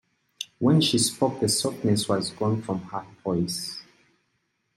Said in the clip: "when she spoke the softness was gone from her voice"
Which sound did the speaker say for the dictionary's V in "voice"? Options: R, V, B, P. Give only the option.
P